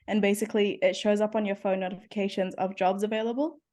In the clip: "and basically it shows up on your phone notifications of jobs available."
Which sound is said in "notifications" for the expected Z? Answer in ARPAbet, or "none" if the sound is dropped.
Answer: Z